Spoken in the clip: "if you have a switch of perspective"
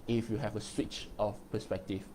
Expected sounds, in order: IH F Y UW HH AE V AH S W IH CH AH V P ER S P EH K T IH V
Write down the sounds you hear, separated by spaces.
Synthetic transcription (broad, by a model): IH F Y UW HH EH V AH S W IH CH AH F P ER S P EH K T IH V